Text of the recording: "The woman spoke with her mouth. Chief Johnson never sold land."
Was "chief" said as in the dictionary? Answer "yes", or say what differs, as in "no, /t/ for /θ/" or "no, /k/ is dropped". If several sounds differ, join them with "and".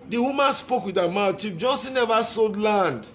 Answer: no, /p/ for /f/